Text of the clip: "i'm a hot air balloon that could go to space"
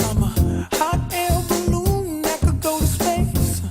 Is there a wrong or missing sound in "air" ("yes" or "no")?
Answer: yes